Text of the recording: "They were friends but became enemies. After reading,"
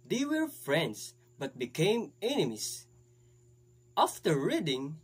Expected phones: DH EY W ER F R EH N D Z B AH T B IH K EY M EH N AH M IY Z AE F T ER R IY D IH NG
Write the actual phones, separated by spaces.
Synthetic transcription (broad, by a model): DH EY W ER F R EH N D S B AH T B IH K EY M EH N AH M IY S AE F T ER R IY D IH NG